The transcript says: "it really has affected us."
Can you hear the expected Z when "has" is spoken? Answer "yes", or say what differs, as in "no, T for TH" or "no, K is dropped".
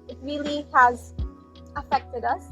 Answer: yes